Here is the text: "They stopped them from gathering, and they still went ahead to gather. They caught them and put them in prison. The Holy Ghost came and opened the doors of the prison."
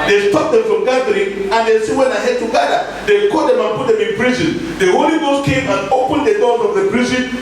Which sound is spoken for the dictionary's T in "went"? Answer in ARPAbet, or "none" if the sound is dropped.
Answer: none